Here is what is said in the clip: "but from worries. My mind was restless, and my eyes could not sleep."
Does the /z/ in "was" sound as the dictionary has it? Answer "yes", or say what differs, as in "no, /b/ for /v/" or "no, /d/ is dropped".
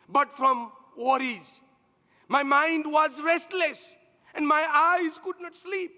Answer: yes